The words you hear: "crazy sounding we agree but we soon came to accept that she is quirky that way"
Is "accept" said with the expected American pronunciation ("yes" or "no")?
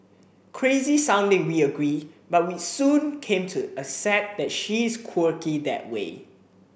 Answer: no